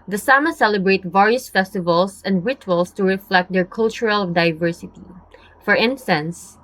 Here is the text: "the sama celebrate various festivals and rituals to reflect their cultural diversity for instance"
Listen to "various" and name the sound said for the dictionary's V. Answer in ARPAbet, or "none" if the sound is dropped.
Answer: V